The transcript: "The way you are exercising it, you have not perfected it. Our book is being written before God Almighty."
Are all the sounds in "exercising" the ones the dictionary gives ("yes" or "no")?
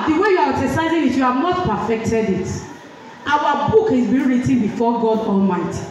no